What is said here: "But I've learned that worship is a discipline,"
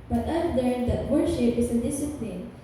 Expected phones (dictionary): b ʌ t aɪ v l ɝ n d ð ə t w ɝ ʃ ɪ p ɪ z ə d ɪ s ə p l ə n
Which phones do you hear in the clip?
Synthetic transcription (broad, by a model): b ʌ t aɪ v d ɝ d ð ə t w ɝ ʃ ɪ p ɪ s ə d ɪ s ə p l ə n